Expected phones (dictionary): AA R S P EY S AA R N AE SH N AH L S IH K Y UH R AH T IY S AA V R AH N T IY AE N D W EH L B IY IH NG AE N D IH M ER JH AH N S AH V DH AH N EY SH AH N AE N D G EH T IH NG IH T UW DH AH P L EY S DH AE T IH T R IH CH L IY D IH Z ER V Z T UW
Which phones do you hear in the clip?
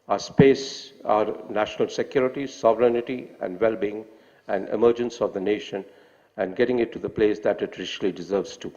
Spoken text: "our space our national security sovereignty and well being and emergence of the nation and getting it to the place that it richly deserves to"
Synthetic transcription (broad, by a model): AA S P EY S AA R N AE SH N AH L S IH K Y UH R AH T IY S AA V R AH N T IY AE N D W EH L B IY IH NG AE N D IH M ER JH AH N S AH V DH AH N EY SH AH N AE N D G EH T IH NG IH T UW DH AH P L EY S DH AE T IH T R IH SH L IY D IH Z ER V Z T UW